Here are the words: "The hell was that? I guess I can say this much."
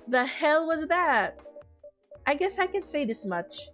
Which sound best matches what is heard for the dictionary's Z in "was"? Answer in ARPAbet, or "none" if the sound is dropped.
Z